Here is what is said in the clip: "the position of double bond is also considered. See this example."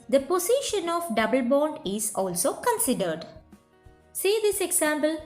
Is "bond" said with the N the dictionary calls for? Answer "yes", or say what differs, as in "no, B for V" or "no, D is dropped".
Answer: yes